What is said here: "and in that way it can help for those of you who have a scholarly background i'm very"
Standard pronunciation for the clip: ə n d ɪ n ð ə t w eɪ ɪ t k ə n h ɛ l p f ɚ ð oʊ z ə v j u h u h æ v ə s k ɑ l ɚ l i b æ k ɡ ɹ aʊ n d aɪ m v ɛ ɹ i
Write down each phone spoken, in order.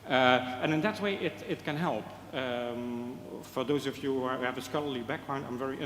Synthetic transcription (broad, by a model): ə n ɪ n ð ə t w eɪ ɪ t k ə n h ɛ l p f ɚ ð oʊ z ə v j u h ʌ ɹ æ v ə s k ɑ l ɚ l i b æ k ɡ ɹ aʊ n d aɪ m v ɛ ɹ i